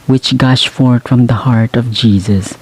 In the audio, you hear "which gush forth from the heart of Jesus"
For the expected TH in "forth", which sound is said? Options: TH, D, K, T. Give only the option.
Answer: T